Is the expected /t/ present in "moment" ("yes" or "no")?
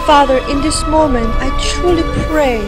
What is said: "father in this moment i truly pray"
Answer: yes